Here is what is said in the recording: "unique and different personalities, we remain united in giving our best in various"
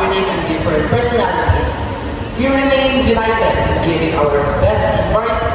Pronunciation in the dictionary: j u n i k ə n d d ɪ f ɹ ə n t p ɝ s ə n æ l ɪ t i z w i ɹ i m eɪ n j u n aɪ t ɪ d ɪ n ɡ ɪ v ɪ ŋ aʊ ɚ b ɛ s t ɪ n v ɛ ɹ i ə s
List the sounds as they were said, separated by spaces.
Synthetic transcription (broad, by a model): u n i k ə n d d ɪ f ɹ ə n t p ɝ s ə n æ l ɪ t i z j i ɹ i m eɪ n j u l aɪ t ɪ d ɪ n ɡ ɪ v ɪ ŋ aʊ ɚ b ɛ s t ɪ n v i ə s